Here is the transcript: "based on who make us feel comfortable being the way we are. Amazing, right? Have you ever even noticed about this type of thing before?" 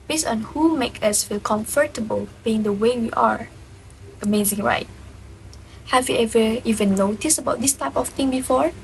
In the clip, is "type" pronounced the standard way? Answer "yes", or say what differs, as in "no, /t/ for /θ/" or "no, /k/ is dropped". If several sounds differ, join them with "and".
yes